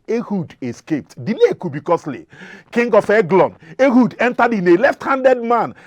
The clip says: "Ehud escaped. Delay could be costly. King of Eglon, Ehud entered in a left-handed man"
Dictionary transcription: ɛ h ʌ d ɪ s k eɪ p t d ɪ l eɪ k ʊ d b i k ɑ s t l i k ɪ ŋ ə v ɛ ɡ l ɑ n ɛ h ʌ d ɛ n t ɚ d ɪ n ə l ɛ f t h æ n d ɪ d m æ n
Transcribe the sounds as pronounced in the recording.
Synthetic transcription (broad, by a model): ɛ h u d ɪ s k eɪ p t d ɪ l eɪ k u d b i k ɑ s l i k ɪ ŋ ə f ɛ ɡ l ɑ n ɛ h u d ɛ n t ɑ d ɪ n ə l ɛ f t h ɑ n d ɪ d m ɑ n